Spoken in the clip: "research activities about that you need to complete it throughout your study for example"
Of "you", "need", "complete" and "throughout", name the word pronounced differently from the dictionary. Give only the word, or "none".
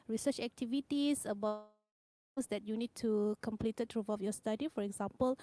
throughout